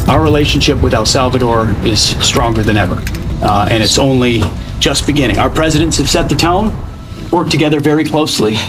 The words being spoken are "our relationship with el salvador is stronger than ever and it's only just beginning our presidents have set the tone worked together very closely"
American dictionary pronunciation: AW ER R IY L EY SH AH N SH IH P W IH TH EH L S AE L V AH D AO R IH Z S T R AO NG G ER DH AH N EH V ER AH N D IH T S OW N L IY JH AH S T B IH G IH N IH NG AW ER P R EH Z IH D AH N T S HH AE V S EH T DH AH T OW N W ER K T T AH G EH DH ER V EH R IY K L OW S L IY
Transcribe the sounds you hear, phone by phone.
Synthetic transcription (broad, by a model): AW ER R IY L EY SH N SH IH P W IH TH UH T S AE L V AH D AO R IH Z S T R AO NG G ER DH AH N EH V ER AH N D IH T S OW N L IY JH AH S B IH G IH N IH NG AW ER P R EH Z IH D AH N T S HH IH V S EH T DH AH T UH N W ER K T T AH G EH DH ER V EH R IY K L OW S L IY